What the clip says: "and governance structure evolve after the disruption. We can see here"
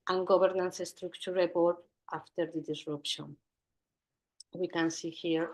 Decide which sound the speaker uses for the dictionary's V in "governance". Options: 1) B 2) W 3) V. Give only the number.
1